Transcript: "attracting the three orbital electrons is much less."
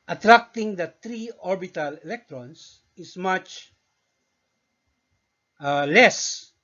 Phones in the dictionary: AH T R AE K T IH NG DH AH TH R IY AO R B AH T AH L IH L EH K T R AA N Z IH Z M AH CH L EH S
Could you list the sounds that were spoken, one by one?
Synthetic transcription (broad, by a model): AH T R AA K T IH NG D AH T R IY AO R B AH T AH L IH L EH K T R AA N S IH S M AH CH L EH S